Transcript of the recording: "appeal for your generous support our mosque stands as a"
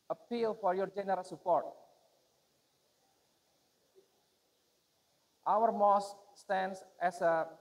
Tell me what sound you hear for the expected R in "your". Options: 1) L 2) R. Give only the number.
2